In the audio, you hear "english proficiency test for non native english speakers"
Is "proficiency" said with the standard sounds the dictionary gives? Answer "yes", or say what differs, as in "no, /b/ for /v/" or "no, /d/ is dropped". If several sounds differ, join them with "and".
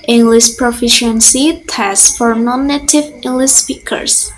yes